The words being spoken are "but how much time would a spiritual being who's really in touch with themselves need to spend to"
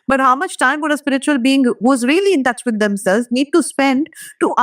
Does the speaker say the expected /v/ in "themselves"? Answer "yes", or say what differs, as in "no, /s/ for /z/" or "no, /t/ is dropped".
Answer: no, /v/ is dropped